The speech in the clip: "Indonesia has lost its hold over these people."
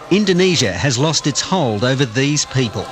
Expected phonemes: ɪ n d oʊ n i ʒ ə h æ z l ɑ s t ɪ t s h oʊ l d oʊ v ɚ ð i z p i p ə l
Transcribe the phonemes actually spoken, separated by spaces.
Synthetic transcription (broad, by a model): ɪ n d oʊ n i ʒ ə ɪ z l ɑ s t ɪ t s h oʊ l d oʊ v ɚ ð i z p i p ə l